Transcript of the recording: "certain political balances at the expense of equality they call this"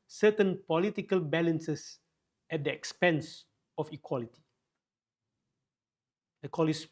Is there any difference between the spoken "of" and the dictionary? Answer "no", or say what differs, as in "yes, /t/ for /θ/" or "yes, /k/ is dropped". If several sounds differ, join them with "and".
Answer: yes, /f/ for /v/